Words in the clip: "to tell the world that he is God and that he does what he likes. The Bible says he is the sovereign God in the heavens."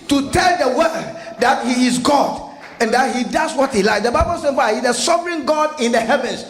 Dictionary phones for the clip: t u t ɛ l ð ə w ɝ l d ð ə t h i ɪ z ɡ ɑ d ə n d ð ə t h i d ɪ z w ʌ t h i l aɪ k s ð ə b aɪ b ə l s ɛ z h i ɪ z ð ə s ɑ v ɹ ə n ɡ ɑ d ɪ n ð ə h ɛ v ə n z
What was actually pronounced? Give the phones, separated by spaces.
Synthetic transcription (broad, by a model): t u t ɛ l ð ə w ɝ d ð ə t h i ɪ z ɡ ɑ d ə n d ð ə t h i d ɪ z w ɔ t h i l aɪ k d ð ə b aɪ b ə l s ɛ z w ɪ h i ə s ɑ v ɹ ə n ɡ ɑ d ɪ n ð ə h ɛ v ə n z